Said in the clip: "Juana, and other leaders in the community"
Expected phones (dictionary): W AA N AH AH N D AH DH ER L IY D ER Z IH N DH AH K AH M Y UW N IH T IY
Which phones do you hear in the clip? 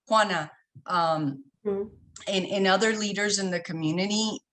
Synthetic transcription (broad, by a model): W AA N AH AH N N AH DH ER L IY D ER Z IH N DH AH K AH M Y UW N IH T IY